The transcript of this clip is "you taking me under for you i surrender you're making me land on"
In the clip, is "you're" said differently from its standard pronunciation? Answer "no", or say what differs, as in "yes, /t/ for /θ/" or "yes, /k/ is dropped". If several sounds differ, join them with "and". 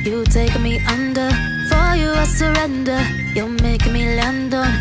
yes, /l/ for /ɹ/